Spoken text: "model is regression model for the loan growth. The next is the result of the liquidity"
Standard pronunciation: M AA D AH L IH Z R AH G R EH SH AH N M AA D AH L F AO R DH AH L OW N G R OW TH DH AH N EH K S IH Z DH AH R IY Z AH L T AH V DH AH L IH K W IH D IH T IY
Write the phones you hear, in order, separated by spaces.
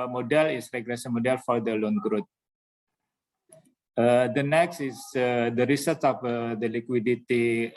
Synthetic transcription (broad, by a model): M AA D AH L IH S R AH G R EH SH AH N M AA D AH L F AO R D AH L OW N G R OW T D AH N EH K S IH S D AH R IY S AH T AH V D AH L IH K W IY D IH T IY